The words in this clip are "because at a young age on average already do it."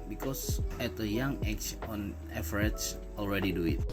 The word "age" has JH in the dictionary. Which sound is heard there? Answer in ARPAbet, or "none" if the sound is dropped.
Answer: CH